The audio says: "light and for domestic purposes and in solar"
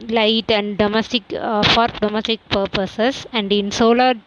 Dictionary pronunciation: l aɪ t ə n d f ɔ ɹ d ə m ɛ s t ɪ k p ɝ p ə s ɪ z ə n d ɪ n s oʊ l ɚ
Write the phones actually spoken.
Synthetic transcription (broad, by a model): l aɪ t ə n d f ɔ ɹ d ə m ɛ s t ɪ k p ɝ p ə s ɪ s ə n d ɪ n s oʊ l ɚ